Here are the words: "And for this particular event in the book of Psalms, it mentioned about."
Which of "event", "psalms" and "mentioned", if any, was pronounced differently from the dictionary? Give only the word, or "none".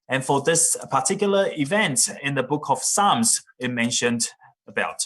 none